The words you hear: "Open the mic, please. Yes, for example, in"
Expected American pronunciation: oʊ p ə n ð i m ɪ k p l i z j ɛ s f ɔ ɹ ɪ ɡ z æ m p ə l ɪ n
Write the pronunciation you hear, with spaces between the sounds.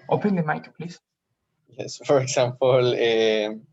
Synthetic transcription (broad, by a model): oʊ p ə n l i m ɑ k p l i s j ɛ s f ɔ ɹ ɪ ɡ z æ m p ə l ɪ